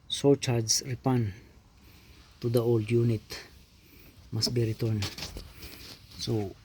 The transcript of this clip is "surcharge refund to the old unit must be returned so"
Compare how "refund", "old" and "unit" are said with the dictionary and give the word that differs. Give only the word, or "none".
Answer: refund